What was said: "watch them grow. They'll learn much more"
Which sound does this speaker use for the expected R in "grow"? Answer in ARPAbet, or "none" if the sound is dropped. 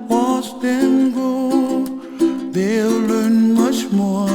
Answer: none